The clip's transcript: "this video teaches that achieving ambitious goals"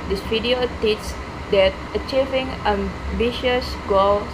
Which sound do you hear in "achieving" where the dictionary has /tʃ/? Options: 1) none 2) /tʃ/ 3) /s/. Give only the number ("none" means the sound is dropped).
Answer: 2